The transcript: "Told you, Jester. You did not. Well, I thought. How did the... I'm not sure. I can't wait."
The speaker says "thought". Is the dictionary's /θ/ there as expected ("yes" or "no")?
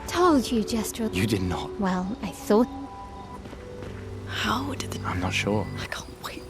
no